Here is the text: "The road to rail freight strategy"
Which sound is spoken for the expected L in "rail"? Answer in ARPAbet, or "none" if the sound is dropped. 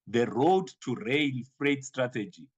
N